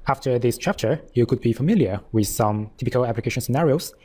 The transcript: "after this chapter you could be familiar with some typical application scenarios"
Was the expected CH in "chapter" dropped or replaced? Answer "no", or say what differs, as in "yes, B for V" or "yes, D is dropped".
no